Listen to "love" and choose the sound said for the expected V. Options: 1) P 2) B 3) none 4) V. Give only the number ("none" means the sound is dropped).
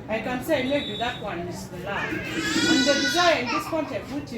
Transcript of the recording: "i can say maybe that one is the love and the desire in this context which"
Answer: 3